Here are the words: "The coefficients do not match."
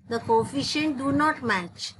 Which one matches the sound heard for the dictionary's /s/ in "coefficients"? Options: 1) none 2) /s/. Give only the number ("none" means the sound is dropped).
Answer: 1